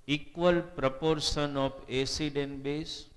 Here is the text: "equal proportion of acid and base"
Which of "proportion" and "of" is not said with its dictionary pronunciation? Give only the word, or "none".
of